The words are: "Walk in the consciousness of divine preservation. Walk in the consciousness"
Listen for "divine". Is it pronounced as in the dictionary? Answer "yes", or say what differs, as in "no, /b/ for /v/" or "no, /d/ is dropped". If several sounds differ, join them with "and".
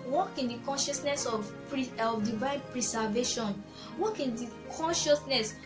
yes